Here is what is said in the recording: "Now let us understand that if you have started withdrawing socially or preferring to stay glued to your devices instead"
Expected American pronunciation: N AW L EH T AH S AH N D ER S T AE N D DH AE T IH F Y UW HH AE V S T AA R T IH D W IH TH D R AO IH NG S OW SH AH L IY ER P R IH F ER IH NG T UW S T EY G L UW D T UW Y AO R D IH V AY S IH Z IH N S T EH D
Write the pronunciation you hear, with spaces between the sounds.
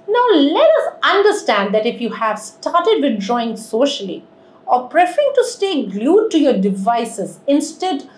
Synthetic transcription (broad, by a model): N AW L EH T AH S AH N D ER S T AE N D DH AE T IH F Y UW HH AE V S T AA R T IH D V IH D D R AO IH NG S OW SH AH L IY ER P R IH F ER IH NG T UW S T EY G L UW D T UW Y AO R D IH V AY S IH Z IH N S T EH D